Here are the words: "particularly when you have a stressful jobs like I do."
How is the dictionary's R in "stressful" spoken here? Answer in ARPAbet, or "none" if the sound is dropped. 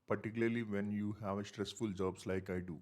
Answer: R